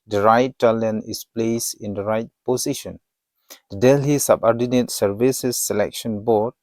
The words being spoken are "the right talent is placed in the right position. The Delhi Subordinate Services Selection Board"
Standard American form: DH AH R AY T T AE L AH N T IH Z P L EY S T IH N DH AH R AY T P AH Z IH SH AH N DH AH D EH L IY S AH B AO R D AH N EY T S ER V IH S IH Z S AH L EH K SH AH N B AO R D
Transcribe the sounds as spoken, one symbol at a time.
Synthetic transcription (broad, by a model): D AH R AY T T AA L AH N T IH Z P L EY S IH N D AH R AY T P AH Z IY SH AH N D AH D EH L IY S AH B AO R D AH N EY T S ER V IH S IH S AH L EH K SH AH N B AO R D